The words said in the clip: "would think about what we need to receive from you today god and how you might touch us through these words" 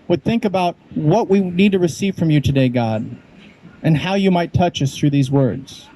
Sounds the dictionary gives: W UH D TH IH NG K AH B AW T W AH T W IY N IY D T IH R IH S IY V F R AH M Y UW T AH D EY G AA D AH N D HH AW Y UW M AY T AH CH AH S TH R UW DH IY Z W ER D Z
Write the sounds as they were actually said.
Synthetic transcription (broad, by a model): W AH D TH IH NG K AH B AW T W AH T W IY N IY D T IH R IH S IY V F R AH M Y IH T AH D EY G AA D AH N HH AW Y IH M AY T AH CH AH S TH R UW DH IY Z W ER D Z